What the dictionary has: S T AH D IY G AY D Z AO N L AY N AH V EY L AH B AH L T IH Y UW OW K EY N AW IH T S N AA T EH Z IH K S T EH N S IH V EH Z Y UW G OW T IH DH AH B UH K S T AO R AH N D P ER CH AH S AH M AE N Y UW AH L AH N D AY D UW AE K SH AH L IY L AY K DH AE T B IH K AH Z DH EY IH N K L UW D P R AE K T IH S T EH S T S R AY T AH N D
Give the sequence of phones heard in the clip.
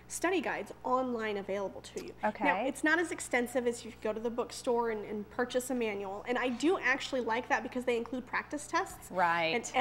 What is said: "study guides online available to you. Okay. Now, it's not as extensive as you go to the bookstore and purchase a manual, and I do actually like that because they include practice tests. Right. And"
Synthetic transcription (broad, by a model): S T AH D IY G AY D Z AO N L AY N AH V EY L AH B L T IH Y UW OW K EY N AW IH T S N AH T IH Z IH K S T EH N S IH V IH Z Y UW G OW T IH DH AH B UH K S T AO R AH N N P ER CH AH S AH M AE N Y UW L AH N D AY D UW AE K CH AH L IY L AY K DH AE T B IH K AH Z DH EY IH N K L UW D P R AE K T IH S T EH S T S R AY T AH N